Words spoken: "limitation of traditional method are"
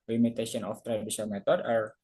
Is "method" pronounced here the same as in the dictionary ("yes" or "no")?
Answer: no